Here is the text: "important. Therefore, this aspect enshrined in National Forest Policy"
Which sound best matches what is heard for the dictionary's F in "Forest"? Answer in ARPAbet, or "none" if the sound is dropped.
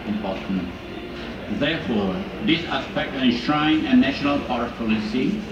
P